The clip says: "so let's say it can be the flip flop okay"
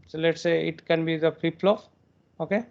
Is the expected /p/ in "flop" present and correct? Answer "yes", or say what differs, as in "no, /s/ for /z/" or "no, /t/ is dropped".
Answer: no, /f/ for /p/